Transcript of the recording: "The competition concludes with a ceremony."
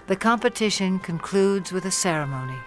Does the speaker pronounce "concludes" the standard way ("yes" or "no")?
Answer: yes